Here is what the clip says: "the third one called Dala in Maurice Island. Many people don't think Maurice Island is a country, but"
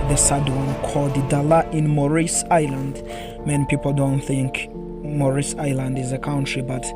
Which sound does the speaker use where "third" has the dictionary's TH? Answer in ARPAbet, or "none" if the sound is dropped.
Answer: S